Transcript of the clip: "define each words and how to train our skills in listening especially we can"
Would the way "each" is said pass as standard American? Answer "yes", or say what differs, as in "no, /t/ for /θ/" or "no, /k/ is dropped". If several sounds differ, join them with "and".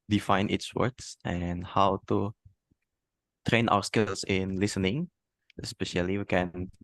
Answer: no, /s/ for /tʃ/